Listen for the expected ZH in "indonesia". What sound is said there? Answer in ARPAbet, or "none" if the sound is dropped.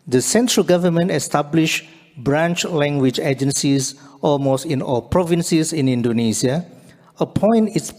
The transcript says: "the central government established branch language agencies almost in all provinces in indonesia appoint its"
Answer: S